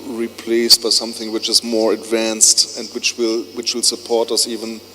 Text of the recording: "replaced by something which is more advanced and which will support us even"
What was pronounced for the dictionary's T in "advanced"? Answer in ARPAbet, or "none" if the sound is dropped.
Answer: T